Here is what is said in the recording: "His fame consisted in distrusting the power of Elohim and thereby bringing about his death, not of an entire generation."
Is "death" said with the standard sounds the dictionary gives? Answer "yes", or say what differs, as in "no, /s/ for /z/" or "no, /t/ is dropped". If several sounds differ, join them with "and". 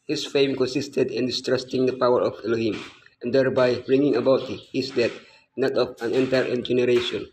no, /t/ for /θ/